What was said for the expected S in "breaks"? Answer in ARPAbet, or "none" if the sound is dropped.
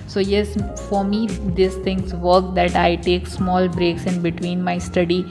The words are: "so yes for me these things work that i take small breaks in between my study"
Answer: S